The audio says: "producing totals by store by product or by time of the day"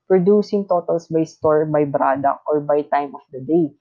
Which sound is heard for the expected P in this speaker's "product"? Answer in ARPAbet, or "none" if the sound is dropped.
B